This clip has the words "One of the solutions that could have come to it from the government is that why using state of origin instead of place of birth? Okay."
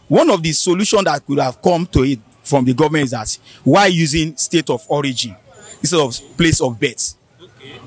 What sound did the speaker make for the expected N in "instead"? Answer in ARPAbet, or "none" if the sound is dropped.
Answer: none